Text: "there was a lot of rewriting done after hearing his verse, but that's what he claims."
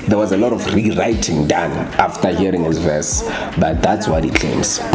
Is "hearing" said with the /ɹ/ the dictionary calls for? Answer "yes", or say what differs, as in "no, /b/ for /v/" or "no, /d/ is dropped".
yes